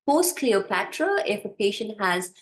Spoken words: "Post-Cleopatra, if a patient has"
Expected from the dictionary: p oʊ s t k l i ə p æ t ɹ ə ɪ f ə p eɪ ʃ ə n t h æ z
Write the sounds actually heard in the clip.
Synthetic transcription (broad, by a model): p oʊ s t k l i ə p æ t ɹ ə ɪ f ə p eɪ ʃ ə n t h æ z